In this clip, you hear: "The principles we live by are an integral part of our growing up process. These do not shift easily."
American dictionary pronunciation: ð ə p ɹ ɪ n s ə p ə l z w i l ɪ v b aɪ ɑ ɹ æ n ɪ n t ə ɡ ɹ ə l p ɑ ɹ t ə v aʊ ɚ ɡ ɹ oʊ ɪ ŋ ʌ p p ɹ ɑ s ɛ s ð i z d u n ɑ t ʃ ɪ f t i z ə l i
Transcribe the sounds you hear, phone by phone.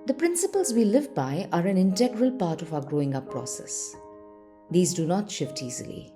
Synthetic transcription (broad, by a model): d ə p ɹ ɪ n s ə p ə l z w i l ɪ v b aɪ ɑ ɹ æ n ɪ n t ə ɡ ɹ ə l p ɑ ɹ t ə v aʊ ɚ ɡ ɹ oʊ ɪ ŋ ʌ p p ɹ ɑ s ɛ s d i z d u n ɑ t ʃ ɪ f t i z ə l i